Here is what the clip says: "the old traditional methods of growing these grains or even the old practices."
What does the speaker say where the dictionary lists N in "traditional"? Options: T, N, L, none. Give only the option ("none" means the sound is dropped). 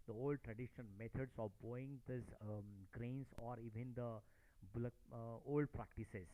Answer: none